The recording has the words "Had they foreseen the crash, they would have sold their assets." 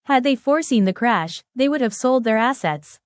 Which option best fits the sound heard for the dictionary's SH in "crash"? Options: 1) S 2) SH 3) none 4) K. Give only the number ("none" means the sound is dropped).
2